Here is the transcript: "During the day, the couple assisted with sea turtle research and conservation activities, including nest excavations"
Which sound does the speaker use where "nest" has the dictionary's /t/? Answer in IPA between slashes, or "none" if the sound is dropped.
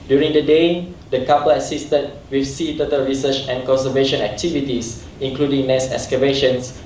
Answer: none